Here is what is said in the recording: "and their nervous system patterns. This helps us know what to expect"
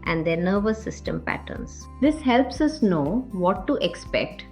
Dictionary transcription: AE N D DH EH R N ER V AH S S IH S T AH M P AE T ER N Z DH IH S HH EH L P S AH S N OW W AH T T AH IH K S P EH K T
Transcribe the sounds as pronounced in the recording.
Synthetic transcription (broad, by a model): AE N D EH R N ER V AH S S IH S T AH M P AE T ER N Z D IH S HH EH L P S AH S N OW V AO T T AH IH K S P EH K T